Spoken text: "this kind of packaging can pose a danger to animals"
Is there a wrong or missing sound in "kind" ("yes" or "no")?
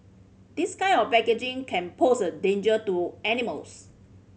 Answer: yes